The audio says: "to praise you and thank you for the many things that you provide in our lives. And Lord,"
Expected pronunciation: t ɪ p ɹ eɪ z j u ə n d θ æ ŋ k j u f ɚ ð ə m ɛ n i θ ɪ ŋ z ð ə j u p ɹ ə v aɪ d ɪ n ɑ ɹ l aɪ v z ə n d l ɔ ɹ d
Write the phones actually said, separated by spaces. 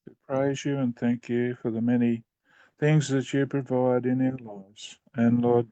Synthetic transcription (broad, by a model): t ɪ p ɹ eɪ z j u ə n θ æ ŋ k j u f ɚ ð ə m ɛ n i θ ɪ ŋ z ð ə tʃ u p ɹ ə v aɪ d ɪ n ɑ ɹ l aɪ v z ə n l ɔ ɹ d